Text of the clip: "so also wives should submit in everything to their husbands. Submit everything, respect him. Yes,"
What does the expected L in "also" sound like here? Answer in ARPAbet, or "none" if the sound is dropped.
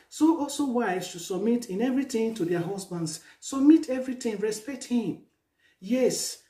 L